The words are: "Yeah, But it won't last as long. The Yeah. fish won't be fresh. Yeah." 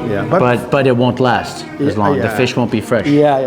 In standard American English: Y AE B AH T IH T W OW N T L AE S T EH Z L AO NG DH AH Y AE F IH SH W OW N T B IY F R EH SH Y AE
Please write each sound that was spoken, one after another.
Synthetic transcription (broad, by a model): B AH B AH T IH T W OW N T L AE S T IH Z L AO NG DH AH F IH SH W OW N B IY F R EH SH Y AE